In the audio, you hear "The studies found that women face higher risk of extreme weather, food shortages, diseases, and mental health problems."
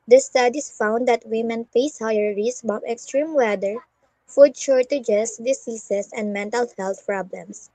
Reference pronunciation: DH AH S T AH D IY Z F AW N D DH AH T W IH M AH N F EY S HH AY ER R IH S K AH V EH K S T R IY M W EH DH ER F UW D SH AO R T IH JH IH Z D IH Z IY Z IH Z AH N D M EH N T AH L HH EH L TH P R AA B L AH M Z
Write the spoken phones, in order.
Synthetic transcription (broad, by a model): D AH S T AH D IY S F AW N D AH T W IH M AH N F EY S HH AY ER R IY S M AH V EH K S T R IY M W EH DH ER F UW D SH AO R T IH JH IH S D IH S IY S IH S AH N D M EH N T AH L HH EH L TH P R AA B L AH M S